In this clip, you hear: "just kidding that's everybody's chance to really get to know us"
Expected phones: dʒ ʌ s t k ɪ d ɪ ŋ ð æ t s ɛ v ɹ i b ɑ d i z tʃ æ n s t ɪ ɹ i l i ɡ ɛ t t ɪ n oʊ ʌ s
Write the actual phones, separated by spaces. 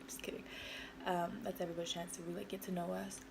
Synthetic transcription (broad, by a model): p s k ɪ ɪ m ð æ t s ɛ v ɹ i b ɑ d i tʃ æ n s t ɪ w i l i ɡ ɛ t t ɪ n oʊ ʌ s